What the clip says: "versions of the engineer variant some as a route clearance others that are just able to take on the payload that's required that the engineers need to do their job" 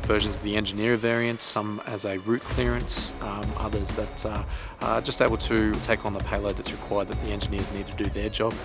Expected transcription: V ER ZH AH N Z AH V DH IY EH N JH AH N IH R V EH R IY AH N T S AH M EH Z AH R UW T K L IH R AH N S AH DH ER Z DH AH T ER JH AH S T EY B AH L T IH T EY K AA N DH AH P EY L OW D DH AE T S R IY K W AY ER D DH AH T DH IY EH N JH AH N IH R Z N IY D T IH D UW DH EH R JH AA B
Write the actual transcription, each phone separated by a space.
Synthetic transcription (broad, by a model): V ER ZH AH N Z AH V DH IY EH N JH AH N IH R V EH R IY AH N T S AH M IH Z AH R UW T K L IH R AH N S AH DH ER Z DH AH T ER JH AH S T EY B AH L T IH T EY K N DH AH P EY L OW D DH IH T S R IY K W AY ER D DH AH T DH IY EH N JH AH N IH R Z N IY D T IH D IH DH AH R JH AA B